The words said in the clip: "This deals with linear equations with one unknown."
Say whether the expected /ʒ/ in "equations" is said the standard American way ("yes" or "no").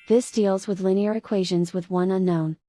yes